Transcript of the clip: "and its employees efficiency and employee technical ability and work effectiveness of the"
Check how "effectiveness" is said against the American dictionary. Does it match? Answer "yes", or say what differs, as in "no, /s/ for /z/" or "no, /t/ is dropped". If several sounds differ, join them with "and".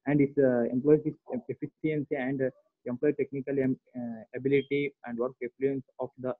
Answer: no, /v/ is dropped